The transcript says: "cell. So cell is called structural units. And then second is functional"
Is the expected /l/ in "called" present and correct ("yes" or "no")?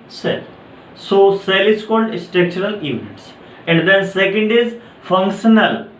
yes